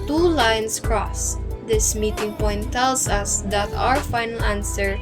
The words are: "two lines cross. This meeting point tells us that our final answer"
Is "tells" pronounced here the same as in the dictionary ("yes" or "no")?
no